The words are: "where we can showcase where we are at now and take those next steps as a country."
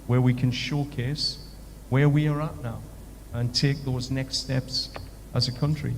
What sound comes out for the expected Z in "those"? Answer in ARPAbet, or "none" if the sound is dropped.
Z